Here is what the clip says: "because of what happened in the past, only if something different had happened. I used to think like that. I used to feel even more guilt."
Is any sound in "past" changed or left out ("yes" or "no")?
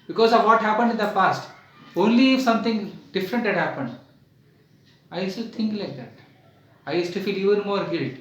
yes